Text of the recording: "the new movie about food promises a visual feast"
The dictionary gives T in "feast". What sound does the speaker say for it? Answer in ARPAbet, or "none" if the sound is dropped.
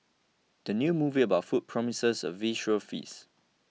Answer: none